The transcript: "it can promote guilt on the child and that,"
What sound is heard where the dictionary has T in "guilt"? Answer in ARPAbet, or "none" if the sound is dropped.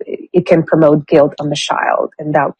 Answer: T